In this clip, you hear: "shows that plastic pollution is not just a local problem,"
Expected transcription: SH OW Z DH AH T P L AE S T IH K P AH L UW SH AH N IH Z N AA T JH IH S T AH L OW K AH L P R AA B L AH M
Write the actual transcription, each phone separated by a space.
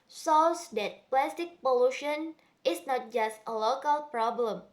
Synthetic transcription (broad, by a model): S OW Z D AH T P L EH S T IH K P AH L UW SH AH N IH S N AA T JH IH S T AH L OW K AH L P R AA B L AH M